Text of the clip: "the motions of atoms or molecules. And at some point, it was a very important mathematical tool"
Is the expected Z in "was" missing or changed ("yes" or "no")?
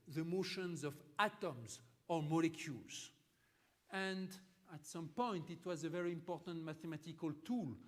no